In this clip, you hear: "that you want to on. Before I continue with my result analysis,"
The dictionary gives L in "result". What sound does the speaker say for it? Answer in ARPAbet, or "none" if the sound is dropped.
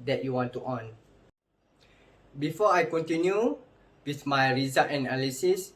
none